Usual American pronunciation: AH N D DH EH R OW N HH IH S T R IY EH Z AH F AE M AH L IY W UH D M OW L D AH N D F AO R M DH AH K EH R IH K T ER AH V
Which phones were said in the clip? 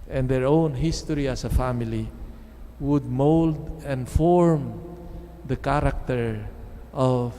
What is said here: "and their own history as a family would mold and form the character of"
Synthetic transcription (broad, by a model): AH N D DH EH R OW N HH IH S T R IY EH S AH F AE M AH L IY W UH D M OW L D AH N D F AO R M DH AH K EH R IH K T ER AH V